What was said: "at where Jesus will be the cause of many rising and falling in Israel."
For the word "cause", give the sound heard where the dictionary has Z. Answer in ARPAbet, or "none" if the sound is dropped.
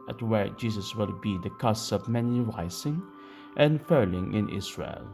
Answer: S